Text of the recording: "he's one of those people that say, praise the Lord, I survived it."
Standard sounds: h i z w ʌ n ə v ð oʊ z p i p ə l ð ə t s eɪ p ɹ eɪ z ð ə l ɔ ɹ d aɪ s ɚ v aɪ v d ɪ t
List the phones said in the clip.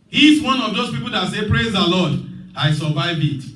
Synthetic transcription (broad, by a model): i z w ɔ n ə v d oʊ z p i p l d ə t s eɪ p ɹ eɪ z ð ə l ɔ d aɪ s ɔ v aɪ v ɪ t